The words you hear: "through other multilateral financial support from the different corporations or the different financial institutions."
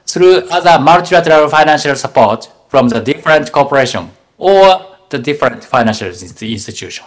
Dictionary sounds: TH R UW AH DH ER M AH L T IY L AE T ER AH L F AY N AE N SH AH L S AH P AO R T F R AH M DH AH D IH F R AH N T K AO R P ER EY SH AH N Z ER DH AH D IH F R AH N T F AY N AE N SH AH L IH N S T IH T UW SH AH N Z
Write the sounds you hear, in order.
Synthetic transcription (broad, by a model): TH R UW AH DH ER M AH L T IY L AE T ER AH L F AY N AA N SH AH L S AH P AO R T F R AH M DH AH D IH F R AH N T K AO P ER EY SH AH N ER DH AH D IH F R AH N T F AY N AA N SH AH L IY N S T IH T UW SH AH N